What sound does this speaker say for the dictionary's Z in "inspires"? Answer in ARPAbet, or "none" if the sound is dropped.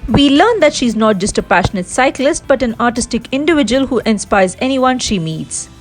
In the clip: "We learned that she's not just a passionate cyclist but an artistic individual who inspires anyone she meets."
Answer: Z